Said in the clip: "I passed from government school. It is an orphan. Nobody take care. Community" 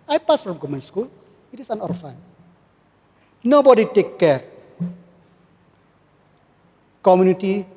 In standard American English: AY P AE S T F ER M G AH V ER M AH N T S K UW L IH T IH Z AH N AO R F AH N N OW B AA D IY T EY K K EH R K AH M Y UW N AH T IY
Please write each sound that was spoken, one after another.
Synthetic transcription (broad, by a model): AY P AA S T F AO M G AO M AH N S K UW L IH T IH S AH N AO R F AH N N OW B AA D IY T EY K K EH R K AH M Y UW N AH T IY